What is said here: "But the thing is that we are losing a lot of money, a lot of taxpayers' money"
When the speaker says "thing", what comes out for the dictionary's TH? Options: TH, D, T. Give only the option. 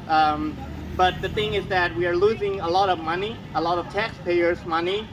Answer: TH